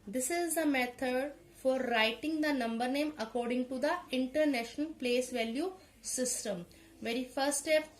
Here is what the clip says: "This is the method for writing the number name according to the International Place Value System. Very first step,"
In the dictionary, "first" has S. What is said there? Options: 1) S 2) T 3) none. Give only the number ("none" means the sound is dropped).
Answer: 3